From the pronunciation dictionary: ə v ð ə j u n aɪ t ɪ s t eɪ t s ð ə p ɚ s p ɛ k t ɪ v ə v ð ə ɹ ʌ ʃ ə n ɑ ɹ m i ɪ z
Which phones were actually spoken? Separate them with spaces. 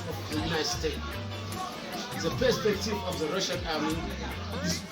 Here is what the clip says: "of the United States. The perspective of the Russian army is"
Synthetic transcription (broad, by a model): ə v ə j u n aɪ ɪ s t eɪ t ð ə p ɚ s p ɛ k t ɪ v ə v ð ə ɹ ʌ ʃ ə n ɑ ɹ m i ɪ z